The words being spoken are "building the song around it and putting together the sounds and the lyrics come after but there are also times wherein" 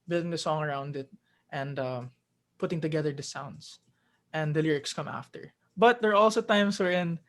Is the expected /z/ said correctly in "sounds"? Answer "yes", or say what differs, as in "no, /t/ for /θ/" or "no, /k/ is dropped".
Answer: no, /s/ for /z/